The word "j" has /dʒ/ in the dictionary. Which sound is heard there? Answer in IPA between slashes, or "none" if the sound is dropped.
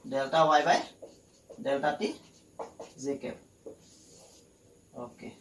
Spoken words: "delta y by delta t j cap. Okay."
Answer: /z/